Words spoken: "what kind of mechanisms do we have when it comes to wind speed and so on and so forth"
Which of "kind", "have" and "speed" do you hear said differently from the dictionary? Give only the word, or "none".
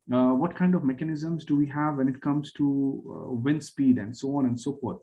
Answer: none